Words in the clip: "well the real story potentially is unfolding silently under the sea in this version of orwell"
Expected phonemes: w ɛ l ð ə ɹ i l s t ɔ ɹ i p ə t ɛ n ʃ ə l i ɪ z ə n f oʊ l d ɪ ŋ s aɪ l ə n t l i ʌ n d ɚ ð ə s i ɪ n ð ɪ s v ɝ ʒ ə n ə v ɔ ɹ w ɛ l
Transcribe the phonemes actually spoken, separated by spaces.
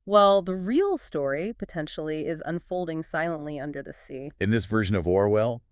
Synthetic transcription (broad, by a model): w ɛ l ð ə ɹ i l s t ɔ ɹ i p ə t ɛ n ʃ l i ɪ z ə n f oʊ l d ɪ ŋ s aɪ l ə n t l i ʌ n d ɚ ð ə s i ɪ n ð ɪ s v ɝ ʒ ə n ə v ɔ ɹ w ɛ l